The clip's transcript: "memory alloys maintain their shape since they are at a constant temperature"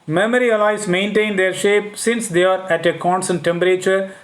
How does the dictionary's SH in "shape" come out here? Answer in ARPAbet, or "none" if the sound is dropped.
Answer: SH